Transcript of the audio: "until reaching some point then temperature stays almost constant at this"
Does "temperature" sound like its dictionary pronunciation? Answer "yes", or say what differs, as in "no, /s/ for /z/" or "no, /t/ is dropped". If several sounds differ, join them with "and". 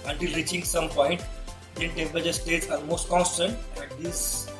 no, /ɹ/ is dropped